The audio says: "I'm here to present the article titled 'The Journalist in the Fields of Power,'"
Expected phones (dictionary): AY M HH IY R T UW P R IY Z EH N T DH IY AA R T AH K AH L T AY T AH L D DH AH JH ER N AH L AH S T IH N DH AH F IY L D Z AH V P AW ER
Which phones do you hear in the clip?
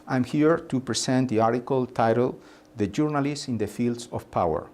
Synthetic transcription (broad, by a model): AY M HH IY R T UW P R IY S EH N T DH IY AA R T AH K AH L T AY T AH L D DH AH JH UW N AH L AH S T IH N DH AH F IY L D S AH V P AW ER